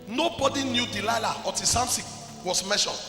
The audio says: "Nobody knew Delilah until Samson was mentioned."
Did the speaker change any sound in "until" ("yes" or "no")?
yes